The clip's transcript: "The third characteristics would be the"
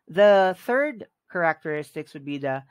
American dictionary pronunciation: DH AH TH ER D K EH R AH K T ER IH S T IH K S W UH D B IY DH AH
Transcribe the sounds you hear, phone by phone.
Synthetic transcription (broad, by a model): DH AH TH ER D K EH R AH K T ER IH S T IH K S W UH D B IY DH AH